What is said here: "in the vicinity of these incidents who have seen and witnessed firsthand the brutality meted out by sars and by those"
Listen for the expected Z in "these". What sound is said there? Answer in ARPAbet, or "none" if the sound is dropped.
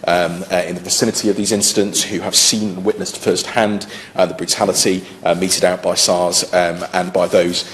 Z